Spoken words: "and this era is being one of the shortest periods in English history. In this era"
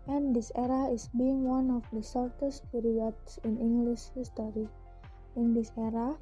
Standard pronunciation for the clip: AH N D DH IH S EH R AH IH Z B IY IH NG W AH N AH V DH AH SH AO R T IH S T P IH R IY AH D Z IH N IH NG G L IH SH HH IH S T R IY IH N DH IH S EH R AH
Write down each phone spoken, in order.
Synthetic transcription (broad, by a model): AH N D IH S EH R AH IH S B IY IH NG W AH N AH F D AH S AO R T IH S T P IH R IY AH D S IH N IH NG G L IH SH HH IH S T R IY IH N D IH S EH R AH